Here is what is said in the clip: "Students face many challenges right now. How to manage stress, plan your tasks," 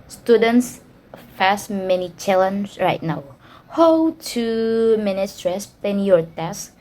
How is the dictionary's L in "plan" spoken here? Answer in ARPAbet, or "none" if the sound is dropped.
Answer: none